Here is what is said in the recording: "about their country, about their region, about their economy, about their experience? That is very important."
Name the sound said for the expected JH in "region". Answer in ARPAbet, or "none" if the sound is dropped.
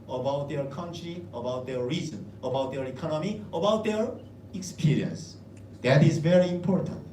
Z